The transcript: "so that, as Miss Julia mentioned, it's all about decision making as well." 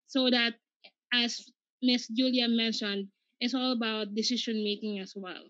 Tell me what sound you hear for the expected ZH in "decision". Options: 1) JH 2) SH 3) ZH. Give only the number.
2